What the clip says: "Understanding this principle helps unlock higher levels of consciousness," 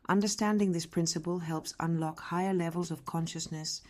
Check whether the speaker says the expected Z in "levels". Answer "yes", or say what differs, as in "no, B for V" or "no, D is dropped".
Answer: yes